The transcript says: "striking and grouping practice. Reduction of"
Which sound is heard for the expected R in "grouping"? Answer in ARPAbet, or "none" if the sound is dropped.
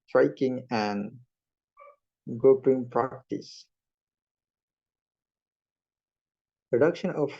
none